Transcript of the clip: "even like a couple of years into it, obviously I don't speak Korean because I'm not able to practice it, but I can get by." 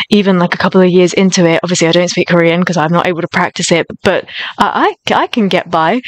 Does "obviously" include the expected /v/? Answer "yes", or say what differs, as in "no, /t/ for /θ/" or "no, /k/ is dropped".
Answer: yes